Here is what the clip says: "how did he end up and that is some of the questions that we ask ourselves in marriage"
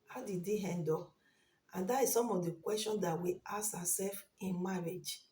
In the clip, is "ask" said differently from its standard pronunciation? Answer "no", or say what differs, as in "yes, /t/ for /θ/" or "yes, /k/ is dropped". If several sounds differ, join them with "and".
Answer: yes, /k/ is dropped